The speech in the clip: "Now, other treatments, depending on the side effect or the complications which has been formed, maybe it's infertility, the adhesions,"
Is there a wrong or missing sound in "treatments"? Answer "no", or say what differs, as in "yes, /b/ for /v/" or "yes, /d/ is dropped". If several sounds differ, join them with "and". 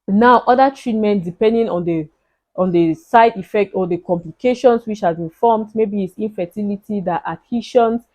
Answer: yes, /s/ is dropped